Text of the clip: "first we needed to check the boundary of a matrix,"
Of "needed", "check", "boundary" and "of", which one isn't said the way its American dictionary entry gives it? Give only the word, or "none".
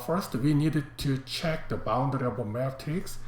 of